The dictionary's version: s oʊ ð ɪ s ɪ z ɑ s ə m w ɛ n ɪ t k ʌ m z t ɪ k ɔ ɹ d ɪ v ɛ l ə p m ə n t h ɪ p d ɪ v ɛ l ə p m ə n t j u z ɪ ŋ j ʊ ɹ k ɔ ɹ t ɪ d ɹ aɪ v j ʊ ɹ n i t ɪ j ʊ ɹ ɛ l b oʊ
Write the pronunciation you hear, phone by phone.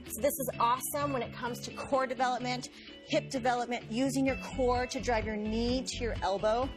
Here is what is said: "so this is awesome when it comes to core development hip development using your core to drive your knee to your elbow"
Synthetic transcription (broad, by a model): s oʊ ð ɪ s ɪ z ɑ s ə m w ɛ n ɪ t k ʌ m z t ɪ k ɔ ɹ d ɪ v ɛ l ə p m ə n t h ɪ p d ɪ v ɛ l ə p m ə n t j u z ɪ ŋ j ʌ ɹ k ɔ ɹ t ɪ d ɹ aɪ v j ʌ ɹ n i t ɪ j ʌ ɹ ɛ l b oʊ